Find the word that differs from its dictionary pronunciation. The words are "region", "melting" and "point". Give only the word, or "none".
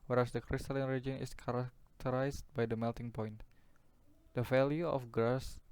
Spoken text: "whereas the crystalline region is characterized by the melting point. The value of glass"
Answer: none